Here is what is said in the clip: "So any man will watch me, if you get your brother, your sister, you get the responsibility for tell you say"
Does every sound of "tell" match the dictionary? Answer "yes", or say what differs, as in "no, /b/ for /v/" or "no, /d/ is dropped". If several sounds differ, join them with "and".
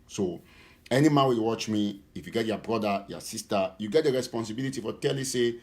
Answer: yes